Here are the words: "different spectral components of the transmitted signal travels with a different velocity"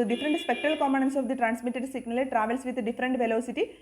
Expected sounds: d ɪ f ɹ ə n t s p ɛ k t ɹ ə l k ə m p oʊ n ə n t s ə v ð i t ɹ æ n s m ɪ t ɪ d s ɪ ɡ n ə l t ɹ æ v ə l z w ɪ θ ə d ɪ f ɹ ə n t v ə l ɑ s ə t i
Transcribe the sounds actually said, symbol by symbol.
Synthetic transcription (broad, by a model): d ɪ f ɹ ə n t s p ɛ k t ɹ ə l k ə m oʊ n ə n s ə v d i t ɹ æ n s m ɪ t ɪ d s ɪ ɡ n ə l t ɹ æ v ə l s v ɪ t d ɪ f ɹ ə n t v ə l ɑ s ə t i